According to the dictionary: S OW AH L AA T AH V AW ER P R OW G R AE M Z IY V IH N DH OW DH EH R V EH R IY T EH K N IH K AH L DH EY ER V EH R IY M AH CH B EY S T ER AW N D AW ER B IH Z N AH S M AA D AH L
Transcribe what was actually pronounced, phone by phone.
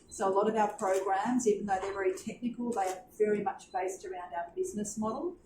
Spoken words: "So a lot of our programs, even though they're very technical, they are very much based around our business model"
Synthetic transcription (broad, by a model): S OW AH L AA T AH V AW ER P R OW G R AE M Z IY V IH N DH OW DH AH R V EH R IY T EH K N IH K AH L DH EY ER V EH R IY M AH CH B EY S T ER AW N D AW ER B IH Z N AH S M AA D L